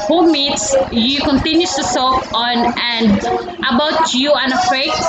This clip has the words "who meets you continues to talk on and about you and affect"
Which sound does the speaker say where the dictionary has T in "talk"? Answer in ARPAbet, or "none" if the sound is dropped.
S